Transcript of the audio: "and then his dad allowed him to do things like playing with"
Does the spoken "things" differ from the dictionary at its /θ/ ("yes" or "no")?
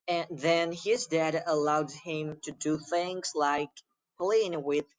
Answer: no